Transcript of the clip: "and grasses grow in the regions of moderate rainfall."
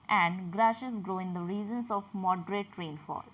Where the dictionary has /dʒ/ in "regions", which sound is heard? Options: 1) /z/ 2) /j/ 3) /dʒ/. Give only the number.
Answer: 1